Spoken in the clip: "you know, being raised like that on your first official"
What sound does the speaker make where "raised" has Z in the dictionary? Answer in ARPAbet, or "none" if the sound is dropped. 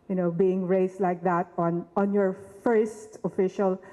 S